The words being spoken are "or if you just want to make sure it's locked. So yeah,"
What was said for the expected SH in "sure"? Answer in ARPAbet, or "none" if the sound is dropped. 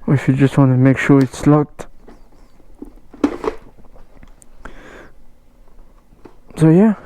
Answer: SH